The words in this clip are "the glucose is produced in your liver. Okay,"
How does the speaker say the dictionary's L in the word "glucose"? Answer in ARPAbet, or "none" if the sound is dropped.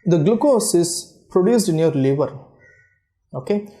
L